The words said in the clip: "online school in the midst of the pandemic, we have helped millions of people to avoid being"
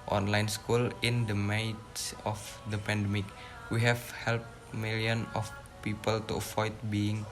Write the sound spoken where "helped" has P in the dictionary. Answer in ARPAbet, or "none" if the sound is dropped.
P